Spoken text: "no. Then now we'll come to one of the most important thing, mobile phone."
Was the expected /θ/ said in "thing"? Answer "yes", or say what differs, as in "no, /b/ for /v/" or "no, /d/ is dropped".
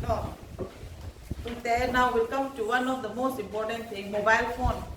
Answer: no, /t/ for /θ/